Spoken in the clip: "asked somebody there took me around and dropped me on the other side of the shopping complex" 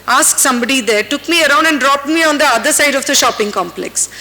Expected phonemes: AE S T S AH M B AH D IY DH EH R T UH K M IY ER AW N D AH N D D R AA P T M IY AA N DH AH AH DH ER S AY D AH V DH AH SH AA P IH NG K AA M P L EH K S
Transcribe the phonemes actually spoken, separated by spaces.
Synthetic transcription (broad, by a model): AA S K S AH M B AH D IY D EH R T UH K M IY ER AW N D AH N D D R AA P T M IY AA N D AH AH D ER S AY D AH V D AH SH AA P IH NG K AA M P L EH K S